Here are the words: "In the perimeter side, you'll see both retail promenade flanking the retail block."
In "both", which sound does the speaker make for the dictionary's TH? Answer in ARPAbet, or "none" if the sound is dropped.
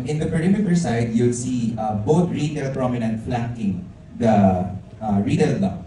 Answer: T